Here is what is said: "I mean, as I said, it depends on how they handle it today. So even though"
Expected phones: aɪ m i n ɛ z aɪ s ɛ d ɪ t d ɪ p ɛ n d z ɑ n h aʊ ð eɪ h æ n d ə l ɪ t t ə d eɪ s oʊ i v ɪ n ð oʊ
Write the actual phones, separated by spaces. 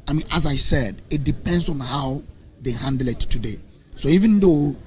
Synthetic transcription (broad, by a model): aɪ m i n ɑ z aɪ s ɛ d ɪ t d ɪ p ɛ n d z ɑ n h aʊ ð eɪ h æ n d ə l ɪ t t ə d eɪ s oʊ i v ɪ n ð oʊ